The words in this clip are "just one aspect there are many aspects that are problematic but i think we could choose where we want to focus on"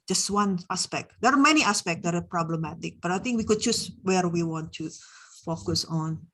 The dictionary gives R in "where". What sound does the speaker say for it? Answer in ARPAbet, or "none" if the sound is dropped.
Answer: R